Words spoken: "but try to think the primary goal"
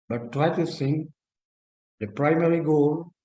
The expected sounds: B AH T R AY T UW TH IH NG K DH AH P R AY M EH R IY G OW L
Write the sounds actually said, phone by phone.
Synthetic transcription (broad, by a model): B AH T R AY T UW S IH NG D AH P R AY M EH R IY G OW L